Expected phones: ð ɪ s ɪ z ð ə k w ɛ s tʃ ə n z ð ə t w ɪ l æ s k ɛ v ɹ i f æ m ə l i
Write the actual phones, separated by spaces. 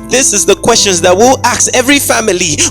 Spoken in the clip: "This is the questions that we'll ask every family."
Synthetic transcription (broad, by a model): ð ɪ s ɪ z ð ə k w ɛ s tʃ ə n z ð ə t w ɪ l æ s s ɛ v ɹ i f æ m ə l i